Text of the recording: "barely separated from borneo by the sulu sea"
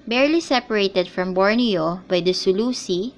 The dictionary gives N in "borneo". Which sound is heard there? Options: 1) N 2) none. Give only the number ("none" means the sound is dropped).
1